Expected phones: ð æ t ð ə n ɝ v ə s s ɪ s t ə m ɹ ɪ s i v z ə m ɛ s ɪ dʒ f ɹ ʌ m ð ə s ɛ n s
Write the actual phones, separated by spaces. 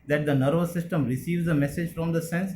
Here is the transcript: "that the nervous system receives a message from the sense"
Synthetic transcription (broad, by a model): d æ t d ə n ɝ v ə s s ɪ s t ə m ɹ ɪ s i v z ə m ɛ s ɪ dʒ f ɹ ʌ m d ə s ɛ n s